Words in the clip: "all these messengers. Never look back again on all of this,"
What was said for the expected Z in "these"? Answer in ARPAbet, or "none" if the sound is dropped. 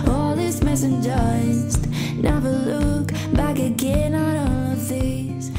S